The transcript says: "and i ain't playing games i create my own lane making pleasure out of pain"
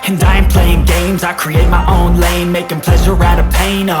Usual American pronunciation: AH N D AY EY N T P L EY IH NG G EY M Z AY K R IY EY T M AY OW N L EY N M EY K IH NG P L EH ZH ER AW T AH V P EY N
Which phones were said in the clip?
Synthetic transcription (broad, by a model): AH N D AY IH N P L EY IH NG G EY M Z AY K R IY EY T M AY OW N L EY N M EY K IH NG P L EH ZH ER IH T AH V P EY N